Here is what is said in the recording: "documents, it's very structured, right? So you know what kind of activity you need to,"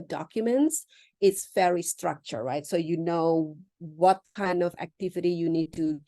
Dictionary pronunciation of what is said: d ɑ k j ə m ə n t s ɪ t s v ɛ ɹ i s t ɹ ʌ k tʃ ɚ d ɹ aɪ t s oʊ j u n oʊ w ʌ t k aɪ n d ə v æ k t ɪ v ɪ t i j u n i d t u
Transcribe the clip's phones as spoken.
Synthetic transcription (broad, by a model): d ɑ k j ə m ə n t s ɪ t s f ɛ ɹ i s t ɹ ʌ k tʃ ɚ ɹ aɪ t s oʊ j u n oʊ w ʌ t k aɪ n d ə v æ k t ɪ v ɪ t i j u n i d t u